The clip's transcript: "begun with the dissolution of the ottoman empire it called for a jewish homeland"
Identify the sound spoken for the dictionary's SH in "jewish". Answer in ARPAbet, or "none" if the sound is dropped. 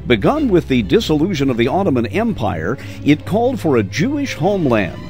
SH